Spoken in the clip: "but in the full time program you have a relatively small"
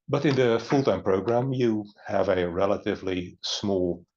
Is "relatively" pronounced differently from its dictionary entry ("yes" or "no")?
no